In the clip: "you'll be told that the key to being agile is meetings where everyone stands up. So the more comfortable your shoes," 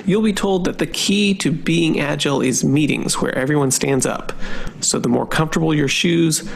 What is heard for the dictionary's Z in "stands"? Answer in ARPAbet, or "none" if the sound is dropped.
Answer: Z